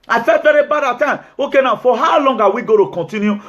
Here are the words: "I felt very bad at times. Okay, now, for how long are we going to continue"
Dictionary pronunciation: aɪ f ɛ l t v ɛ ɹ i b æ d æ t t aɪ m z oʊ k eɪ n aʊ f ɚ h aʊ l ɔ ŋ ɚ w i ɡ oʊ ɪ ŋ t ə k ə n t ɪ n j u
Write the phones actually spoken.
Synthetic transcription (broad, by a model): aɪ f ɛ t v ɛ ɹ i b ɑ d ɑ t t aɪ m oʊ k eɪ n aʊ f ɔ h aʊ l ɔ ŋ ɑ w i ɡ oʊ t ə k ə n t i n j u